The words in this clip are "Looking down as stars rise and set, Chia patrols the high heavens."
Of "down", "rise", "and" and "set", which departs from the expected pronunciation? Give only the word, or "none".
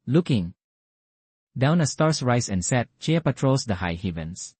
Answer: rise